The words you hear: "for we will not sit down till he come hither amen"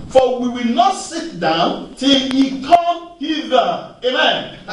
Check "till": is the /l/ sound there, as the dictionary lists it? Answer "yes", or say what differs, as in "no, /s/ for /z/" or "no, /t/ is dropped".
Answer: yes